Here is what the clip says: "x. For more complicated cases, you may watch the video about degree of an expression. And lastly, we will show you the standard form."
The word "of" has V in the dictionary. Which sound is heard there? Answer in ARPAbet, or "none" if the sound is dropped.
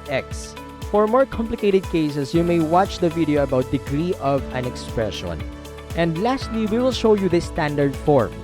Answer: V